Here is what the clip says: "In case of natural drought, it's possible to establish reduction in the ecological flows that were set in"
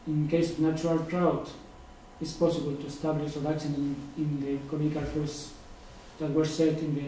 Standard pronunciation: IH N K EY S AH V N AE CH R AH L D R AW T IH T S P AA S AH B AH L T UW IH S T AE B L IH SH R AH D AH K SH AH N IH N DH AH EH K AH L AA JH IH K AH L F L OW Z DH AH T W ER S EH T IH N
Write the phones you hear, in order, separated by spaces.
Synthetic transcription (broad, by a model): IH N K EY S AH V N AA CH R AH L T R AW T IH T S P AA S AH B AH L T UW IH S T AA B L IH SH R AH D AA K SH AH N IH N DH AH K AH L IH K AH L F OW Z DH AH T W ER S EH T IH N